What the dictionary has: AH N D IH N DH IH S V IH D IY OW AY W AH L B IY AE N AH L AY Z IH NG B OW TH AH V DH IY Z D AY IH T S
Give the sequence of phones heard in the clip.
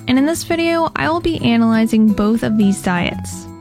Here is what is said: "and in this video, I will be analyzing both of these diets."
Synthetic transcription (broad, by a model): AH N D IH N DH IH S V IH D IY OW AY W AH L B IY AE N AH L AY Z IH NG B OW TH AH V DH IY Z D AY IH T S